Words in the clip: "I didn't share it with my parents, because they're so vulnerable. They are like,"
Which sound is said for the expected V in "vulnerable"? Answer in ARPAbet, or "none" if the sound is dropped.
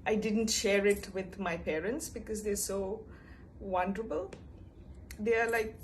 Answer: W